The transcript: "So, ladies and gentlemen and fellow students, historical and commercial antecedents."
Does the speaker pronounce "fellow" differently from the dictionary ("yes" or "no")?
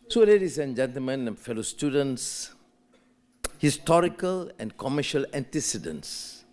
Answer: no